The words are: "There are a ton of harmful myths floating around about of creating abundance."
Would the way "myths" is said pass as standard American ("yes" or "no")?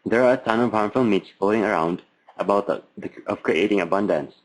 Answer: no